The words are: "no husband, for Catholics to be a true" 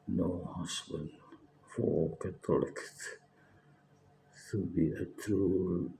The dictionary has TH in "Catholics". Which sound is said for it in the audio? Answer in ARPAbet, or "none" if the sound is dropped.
T